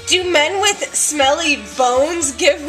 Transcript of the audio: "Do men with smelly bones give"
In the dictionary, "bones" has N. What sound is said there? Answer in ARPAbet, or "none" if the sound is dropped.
N